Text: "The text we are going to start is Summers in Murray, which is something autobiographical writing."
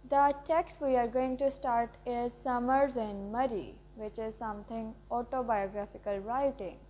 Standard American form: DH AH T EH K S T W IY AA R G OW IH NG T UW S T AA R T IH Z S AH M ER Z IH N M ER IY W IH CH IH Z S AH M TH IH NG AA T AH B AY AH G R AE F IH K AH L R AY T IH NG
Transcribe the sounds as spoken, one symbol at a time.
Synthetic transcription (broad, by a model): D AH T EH K S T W IY AA R G OW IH NG T UW S T AA R T IH Z S AH M ER Z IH N M ER IY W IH CH IH Z S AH M T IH NG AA T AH B AY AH G R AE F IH K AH L R AY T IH NG